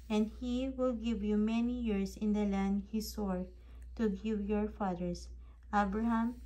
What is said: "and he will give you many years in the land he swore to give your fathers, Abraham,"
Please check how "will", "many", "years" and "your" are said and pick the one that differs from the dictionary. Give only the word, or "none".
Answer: years